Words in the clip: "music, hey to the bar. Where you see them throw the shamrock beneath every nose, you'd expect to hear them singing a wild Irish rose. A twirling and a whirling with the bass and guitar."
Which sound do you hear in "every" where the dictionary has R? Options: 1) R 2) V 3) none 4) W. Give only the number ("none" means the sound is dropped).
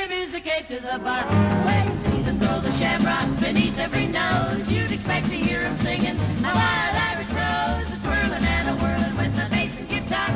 1